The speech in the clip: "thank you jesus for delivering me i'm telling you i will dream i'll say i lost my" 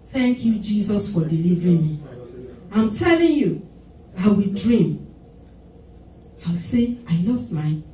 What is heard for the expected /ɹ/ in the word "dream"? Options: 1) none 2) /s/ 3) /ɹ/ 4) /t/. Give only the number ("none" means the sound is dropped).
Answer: 3